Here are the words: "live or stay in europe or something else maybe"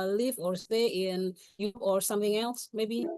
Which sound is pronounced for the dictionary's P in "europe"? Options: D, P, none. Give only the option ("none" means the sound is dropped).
none